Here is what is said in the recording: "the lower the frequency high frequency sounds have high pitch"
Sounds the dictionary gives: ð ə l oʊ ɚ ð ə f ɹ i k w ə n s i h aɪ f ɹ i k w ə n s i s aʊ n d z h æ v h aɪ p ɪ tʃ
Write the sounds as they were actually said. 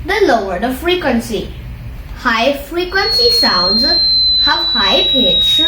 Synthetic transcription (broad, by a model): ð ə l oʊ ɚ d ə f ɹ i k w ə n s i h aɪ f ɹ i k w ə n s i s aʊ n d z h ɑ w h aɪ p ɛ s